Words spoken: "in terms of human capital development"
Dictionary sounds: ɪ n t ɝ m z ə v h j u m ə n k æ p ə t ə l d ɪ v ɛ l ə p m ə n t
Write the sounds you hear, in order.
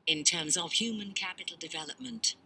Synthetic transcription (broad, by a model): ɪ n t ɝ m z ə v h j u m ə n k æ p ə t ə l d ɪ v ɛ l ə p m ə n t